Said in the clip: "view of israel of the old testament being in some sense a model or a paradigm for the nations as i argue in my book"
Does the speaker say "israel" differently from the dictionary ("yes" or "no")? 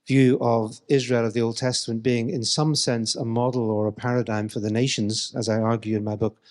no